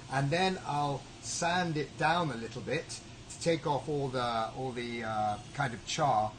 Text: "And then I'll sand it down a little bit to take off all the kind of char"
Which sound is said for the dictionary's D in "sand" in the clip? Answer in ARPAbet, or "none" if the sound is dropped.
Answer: D